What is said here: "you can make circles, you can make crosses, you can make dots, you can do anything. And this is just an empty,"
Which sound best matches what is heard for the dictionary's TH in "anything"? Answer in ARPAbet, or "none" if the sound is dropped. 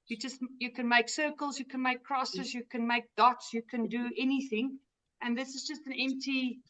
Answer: TH